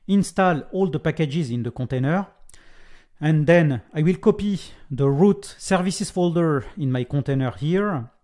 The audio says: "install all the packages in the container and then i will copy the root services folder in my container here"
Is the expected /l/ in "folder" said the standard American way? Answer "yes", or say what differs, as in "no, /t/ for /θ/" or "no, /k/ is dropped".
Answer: yes